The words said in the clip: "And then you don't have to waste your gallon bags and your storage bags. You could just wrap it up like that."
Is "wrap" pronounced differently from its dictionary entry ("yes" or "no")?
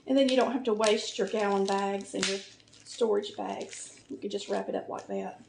no